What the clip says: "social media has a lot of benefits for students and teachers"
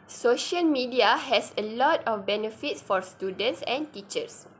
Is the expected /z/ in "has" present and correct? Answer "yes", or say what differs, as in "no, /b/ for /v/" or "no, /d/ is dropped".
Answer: no, /s/ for /z/